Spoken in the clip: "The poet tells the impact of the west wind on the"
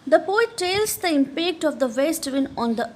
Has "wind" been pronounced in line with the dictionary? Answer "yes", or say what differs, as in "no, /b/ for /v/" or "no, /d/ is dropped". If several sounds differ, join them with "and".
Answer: no, /d/ is dropped